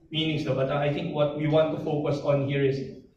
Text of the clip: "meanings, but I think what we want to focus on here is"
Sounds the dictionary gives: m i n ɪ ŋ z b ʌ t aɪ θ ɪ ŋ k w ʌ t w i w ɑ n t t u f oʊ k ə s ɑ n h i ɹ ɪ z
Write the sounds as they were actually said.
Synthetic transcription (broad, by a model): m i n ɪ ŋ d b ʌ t aɪ t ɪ ŋ k w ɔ t w i w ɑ n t t u f oʊ k ə s ɑ n h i ɹ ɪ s